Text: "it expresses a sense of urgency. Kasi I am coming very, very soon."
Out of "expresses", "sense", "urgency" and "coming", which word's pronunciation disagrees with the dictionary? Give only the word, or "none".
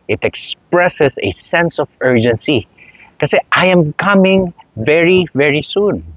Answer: expresses